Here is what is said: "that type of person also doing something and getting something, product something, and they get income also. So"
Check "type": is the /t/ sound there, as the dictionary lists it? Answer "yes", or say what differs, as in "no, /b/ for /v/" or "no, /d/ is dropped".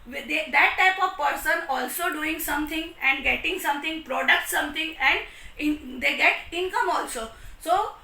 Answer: yes